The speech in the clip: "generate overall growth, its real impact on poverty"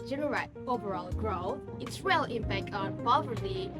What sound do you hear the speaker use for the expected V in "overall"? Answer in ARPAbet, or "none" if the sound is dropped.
V